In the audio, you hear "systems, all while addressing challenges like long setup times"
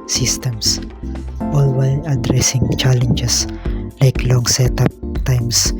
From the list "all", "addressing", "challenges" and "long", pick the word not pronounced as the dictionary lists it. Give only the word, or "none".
challenges